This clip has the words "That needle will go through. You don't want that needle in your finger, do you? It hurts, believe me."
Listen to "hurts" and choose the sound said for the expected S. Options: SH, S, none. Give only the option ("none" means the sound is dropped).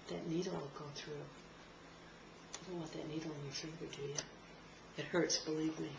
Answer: S